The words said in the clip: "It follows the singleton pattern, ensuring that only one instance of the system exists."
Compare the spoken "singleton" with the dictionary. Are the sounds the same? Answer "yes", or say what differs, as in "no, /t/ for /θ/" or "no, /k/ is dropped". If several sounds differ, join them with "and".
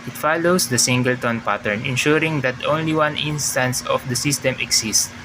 yes